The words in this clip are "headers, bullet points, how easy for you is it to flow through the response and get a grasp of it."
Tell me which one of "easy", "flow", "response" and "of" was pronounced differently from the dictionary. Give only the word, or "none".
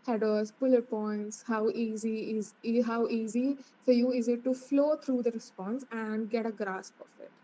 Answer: of